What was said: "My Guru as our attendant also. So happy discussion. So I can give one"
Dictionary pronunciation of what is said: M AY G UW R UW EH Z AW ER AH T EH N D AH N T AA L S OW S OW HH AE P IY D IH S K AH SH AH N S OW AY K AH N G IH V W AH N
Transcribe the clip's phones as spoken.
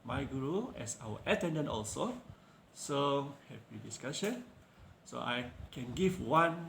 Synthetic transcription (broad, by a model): M AY G UW R UW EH S AW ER AH T EH N D AH N T AA L S OW S OW HH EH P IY D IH S K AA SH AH N S OW AY K AH N G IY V W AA N